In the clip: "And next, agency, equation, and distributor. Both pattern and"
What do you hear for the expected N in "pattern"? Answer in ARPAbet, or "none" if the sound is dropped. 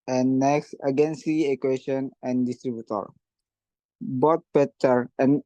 none